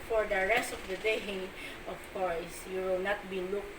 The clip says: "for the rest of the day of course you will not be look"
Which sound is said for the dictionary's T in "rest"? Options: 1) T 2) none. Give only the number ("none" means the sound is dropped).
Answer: 1